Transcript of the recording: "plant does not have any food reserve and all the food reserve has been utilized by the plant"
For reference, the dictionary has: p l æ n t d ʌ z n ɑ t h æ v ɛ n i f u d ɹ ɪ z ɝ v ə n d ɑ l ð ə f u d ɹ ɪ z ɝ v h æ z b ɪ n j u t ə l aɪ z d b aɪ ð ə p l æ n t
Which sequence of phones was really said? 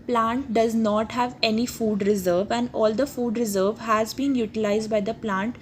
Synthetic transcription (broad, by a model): p l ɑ n t d ʌ z n ɑ t h æ v ɛ n i f u d ɹ ɪ z ɝ v ə n d ɑ l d ə f u d ɹ ɪ z ɝ v h æ z b ɪ n j u t ə l aɪ z d b aɪ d ə p l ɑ n t